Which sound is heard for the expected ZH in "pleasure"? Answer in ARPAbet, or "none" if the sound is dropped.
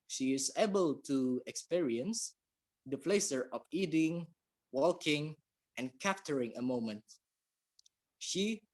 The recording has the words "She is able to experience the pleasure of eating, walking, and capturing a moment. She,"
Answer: S